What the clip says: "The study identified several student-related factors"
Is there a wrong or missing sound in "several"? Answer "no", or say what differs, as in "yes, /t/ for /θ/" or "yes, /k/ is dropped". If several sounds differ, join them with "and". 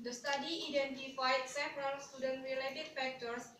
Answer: yes, /p/ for /v/